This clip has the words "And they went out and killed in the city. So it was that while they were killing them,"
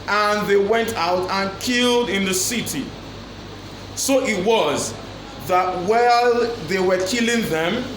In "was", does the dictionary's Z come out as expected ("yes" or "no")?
yes